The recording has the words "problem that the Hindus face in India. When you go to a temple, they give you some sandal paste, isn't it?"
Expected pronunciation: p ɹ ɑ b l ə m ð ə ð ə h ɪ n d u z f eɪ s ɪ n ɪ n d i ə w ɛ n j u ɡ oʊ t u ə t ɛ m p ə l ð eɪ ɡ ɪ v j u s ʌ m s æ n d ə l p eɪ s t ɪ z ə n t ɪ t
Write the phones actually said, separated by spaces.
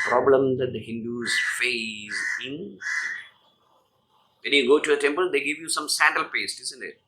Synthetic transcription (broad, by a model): p ɹ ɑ b l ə m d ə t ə h ɪ n d u z f eɪ ɪ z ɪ n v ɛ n j u ɡ oʊ t u ə t ɛ m p ə l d eɪ ɡ ɪ v j u s ʌ m s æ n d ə l p eɪ s t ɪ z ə n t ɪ t